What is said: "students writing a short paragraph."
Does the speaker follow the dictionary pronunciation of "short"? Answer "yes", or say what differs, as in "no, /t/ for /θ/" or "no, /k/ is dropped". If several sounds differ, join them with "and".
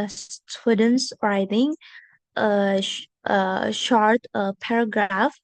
yes